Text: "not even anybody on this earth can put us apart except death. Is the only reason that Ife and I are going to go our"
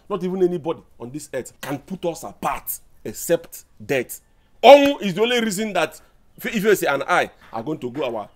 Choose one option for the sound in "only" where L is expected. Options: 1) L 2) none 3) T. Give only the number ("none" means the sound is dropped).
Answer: 1